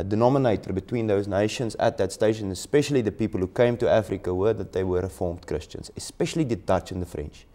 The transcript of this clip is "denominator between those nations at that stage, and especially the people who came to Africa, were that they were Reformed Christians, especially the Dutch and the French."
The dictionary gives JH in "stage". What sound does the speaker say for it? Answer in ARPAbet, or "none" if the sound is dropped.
SH